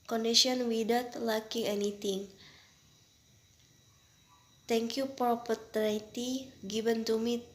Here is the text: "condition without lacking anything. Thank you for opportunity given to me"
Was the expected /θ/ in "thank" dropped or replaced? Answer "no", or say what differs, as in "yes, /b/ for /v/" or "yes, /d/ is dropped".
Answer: yes, /t/ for /θ/